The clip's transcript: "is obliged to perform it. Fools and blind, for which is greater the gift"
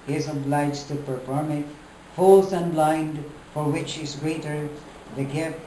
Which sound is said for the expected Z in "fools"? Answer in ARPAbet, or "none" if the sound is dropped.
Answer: S